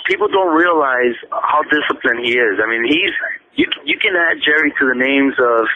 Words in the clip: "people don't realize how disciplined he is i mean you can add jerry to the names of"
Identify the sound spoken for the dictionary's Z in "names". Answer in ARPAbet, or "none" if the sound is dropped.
Z